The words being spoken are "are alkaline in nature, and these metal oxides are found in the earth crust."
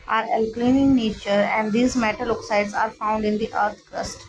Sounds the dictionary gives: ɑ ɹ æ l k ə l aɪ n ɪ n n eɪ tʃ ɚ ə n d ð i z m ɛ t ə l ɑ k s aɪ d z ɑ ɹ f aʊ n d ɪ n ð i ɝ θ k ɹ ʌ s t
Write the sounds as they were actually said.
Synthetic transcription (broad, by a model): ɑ ɹ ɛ l k l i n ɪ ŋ n eɪ tʃ ɚ ə n d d i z m ɛ t ə l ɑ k s aɪ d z ɑ ɹ f aʊ n d ɪ n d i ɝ t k ɹ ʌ s t